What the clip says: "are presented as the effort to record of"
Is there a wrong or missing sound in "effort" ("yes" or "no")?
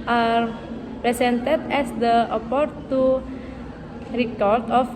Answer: yes